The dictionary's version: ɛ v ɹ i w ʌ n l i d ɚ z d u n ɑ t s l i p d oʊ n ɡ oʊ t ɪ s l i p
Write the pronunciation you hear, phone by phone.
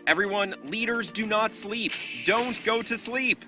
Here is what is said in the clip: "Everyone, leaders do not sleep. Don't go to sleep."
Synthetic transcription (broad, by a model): ɛ v ɹ i w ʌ n l i d ɚ z d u n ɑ t s l i p d oʊ n ɡ oʊ t ɪ s l i p